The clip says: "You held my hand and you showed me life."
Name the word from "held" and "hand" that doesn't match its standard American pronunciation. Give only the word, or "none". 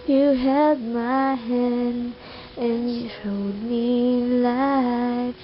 held